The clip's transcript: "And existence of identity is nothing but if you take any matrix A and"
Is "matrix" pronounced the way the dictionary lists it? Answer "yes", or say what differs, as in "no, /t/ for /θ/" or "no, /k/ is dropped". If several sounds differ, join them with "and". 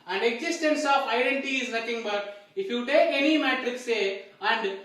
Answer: yes